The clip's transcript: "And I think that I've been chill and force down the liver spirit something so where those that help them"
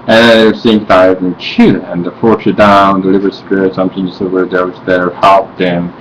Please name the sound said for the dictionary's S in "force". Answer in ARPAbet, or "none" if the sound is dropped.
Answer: none